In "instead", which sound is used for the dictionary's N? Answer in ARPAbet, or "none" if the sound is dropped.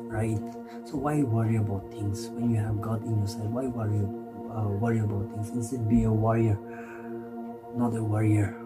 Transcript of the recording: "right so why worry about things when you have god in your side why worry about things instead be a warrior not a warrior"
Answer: none